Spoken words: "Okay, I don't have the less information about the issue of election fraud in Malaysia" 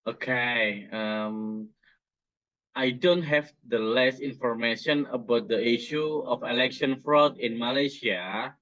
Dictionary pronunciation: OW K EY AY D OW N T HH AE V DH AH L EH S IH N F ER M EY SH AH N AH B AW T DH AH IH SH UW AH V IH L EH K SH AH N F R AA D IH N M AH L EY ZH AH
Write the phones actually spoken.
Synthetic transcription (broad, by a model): OW K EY AY D OW N T HH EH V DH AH L EH S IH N F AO M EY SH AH N AH B AW T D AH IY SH UW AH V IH L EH K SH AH N F R AA D IH N M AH L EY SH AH